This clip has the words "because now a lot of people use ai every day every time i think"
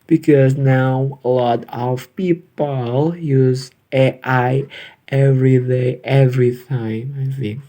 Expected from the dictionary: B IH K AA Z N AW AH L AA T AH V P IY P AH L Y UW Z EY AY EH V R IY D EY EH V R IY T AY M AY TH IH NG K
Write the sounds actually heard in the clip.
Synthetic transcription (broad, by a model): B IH K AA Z N AW AH L AA T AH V P IY P AH L Y UW Z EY AY EH V R IY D EY EH V R IY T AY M AY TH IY